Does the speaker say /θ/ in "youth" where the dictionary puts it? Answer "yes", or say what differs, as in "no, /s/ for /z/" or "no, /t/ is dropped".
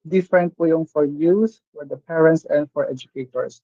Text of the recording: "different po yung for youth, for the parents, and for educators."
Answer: no, /s/ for /θ/